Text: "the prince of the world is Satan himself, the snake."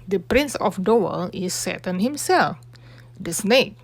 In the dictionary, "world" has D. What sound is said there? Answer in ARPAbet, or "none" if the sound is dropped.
none